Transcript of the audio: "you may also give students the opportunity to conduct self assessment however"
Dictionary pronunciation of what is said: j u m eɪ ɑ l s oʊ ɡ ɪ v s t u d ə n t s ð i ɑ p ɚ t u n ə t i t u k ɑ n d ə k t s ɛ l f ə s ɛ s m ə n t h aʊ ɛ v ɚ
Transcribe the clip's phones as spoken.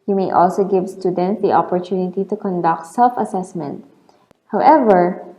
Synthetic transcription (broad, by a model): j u m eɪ ɑ l s oʊ ɡ ɪ v s t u d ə n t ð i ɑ p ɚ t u n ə t i t u k ɑ n d ə k t s ɛ l f ə s ɛ s m ə n t h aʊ ɛ v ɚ